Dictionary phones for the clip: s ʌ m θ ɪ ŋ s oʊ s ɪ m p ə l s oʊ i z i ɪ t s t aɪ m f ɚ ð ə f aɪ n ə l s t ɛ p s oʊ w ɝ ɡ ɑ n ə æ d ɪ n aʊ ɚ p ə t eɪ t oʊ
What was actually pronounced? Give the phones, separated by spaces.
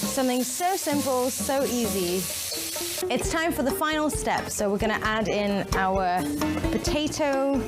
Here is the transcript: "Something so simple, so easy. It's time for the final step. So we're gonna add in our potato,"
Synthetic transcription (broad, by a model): s ʌ m θ ɪ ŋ s oʊ s ɪ m p ə l s oʊ i z i ɪ t s t aɪ m f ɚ ð ə f aɪ n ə l s t ɛ p s oʊ w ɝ ɡ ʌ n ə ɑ d ɪ n aʊ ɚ p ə t eɪ t oʊ